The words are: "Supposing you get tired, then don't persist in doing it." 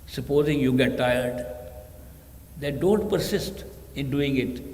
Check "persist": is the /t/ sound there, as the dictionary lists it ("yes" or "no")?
yes